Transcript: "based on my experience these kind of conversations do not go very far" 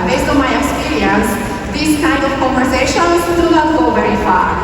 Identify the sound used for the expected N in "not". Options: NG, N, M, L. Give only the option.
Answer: L